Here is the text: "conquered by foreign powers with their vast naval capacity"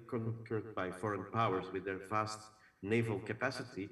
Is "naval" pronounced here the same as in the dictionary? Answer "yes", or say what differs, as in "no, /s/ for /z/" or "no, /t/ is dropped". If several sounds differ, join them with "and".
yes